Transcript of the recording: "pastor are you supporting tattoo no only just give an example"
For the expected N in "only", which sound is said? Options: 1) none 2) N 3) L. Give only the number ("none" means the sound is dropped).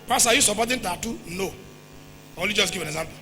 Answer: 1